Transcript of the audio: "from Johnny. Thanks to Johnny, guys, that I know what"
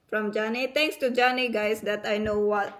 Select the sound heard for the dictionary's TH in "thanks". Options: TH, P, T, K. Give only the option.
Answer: T